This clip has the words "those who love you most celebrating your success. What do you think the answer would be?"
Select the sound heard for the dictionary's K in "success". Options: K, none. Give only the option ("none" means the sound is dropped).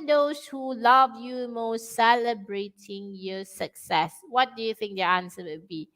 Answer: K